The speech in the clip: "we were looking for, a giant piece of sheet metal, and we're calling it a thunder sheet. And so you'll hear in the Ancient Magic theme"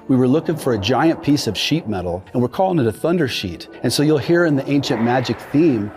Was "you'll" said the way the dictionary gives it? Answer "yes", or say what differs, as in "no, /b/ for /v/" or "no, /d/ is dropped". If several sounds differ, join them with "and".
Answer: yes